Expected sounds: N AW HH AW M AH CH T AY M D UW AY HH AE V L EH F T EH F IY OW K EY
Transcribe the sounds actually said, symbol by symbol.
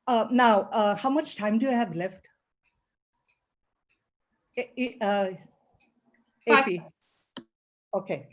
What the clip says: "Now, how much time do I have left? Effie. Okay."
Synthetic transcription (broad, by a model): N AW HH AW M AH CH T AY M D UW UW HH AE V L EH F T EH P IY OW K EY